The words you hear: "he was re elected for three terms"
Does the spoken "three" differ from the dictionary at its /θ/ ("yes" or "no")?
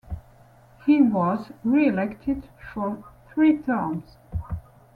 no